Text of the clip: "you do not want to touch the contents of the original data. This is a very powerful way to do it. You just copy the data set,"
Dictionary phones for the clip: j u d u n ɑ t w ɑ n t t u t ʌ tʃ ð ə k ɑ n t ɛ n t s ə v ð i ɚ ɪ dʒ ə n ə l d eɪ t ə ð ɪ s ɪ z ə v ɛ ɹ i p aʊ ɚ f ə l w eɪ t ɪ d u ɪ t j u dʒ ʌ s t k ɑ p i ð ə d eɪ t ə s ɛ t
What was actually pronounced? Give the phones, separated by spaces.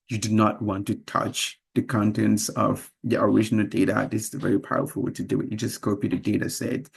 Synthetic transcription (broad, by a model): j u d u n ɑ t w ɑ n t t u t ʌ tʃ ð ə k ɑ n t ɛ n t s ə v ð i ɚ ɪ dʒ ə n ə l d eɪ t ə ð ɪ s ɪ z ə v ɛ ɹ i p aʊ ɚ f ə l w eɪ t ɪ d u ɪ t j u dʒ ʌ s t k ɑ p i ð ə d eɪ t ə s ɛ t